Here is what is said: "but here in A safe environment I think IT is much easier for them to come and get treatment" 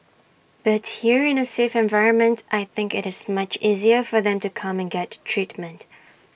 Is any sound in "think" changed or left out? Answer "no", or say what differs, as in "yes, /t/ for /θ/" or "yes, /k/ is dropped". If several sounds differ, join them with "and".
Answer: no